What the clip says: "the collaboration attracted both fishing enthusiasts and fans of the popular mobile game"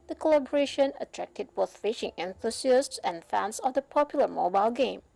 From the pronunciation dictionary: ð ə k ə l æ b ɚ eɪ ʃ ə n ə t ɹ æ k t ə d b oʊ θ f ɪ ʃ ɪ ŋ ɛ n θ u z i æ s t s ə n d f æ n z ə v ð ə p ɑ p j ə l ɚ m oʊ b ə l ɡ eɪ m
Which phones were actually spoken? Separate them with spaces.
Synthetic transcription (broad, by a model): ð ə k ə l æ b ɚ eɪ ʃ ə n ə t ɹ æ k t ə d b oʊ θ f ɪ ʃ ɪ ŋ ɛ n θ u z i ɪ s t s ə n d f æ n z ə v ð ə p ɑ p j ə l ɚ m oʊ b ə l ɡ eɪ m